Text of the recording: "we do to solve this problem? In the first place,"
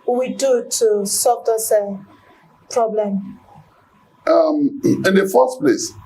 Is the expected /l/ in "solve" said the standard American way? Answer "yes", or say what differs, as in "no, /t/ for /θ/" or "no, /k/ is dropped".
no, /l/ is dropped